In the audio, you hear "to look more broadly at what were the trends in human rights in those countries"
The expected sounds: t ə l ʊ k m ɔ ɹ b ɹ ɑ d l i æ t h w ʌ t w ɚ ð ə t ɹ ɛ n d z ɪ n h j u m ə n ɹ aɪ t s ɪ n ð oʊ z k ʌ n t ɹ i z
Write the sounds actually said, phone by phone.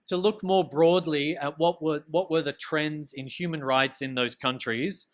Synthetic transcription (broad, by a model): t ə l ʊ k m ɔ ɹ b ɹ ɑ d l i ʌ t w w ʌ t w ɚ ð ə t ɹ ɛ n d z ɪ n h j u m ə n ɹ aɪ t s ɪ n ð oʊ z k ʌ n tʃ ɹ i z